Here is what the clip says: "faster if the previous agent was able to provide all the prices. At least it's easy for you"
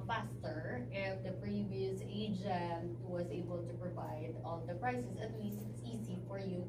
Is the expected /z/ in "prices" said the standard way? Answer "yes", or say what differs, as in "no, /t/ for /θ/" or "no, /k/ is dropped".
no, /s/ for /z/